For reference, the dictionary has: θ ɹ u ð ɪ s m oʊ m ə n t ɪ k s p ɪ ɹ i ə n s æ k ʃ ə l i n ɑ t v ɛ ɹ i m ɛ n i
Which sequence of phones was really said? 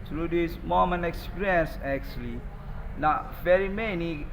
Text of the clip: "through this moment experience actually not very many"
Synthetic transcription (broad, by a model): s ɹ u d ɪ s m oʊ m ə n ɪ k s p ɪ i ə n s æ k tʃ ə l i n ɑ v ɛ ɹ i m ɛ n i